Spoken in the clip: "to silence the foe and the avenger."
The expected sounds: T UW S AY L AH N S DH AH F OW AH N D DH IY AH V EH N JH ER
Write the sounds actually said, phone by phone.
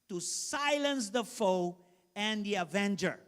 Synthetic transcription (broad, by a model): T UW S AY L AH N S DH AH F OW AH N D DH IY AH V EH N JH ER